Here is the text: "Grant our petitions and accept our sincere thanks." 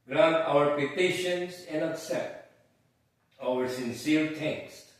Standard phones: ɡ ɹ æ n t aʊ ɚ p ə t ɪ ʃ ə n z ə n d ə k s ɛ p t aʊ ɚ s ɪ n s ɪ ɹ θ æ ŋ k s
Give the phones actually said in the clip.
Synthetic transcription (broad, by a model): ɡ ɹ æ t aʊ ɚ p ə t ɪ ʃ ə n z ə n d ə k s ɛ t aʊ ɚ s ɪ n s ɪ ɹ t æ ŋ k s